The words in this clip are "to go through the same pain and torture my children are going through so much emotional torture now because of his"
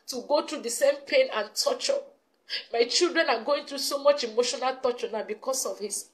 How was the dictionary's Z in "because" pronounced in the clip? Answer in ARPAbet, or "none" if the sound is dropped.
S